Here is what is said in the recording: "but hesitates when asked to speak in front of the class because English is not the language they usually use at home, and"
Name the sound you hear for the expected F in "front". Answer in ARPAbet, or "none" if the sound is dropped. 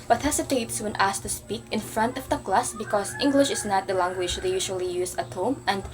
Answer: F